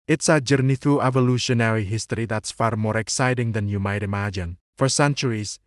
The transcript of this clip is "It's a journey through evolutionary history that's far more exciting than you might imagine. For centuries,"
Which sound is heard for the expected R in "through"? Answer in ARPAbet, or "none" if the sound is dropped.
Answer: none